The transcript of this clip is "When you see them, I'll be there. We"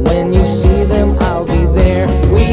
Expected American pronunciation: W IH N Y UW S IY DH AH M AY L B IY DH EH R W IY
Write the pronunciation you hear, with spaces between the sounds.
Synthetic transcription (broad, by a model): W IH N Y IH S IY DH AH M AY L B IY DH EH R W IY